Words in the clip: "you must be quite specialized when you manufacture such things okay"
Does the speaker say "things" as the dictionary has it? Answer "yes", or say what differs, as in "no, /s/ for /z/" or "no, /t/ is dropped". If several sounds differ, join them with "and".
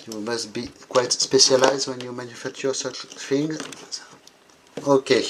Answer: no, /z/ is dropped